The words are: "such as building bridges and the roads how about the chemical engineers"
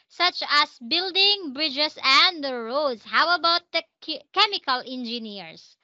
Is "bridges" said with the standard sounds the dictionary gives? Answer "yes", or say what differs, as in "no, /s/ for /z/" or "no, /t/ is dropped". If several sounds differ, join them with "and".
no, /s/ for /z/